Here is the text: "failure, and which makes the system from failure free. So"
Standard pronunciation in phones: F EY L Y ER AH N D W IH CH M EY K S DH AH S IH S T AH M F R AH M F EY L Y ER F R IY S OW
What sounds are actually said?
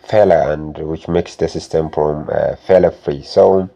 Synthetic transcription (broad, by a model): F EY L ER AH N D W IH CH M EY K S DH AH S IH S T AH M F R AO M F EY L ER F R IY S OW